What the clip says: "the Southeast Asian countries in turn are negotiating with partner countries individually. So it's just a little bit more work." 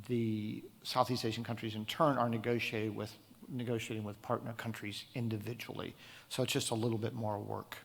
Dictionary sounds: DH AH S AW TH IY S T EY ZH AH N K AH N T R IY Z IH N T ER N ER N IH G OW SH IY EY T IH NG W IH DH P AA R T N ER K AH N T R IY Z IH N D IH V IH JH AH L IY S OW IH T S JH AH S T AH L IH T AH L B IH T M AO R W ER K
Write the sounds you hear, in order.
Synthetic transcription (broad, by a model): DH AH S AW TH IY S T EY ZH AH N K AH N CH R IY Z IH N T ER N ER N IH G OW SH IY EY T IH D W IH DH P AA R T N ER K AH N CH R IY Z IH N D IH V IH JH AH L IY S OW IH T S JH AH S T AH L IH T L B IH T M AO R W ER K